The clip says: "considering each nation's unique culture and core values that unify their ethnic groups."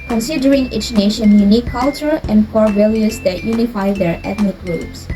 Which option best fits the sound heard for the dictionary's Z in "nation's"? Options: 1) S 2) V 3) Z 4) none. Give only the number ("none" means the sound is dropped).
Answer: 4